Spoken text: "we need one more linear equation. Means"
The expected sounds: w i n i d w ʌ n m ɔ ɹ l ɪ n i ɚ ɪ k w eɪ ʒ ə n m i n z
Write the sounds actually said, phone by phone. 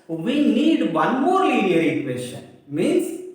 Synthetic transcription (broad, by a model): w i n i d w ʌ n m ɔ ɹ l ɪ i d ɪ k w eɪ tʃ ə n m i n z